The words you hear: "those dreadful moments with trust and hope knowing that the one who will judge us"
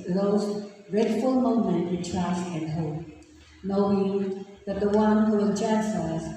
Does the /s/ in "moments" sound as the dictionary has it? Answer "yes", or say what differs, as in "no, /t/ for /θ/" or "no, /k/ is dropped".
no, /s/ is dropped